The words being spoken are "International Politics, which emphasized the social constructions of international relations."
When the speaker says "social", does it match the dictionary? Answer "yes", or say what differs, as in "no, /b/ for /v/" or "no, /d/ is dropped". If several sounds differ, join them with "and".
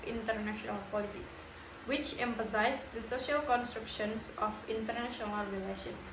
yes